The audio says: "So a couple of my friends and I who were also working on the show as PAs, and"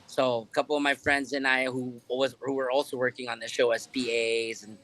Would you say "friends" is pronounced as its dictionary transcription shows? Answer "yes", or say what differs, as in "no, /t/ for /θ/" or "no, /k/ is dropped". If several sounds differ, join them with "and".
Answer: yes